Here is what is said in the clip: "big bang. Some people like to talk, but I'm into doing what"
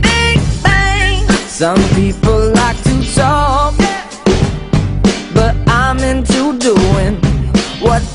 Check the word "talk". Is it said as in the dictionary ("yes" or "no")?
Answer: no